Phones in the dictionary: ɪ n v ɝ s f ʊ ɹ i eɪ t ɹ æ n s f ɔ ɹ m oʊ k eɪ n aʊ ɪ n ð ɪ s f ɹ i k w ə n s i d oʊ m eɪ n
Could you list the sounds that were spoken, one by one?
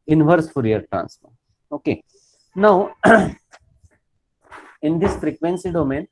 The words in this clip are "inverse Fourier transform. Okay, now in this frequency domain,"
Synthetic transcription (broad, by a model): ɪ n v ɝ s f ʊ ɹ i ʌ t ɹ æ n s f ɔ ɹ oʊ k eɪ n aʊ ɪ n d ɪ s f ɹ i k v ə n s i d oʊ m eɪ n